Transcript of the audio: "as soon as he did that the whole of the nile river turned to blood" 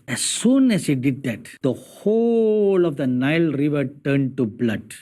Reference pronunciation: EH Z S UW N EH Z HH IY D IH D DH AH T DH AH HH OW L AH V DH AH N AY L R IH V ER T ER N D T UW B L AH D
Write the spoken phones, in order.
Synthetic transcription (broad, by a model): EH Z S UW N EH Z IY D IH D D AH T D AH HH OW L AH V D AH N AY L R IH V ER T ER N D T UW B L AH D